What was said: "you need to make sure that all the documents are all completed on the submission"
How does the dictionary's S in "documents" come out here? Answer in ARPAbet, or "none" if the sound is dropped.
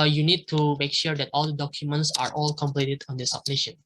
S